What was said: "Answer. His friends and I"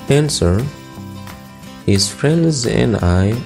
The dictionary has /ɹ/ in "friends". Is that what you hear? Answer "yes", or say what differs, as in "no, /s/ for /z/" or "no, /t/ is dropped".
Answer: yes